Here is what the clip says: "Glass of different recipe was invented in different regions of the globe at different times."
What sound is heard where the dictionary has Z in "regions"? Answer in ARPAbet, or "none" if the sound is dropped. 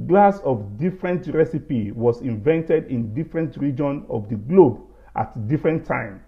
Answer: none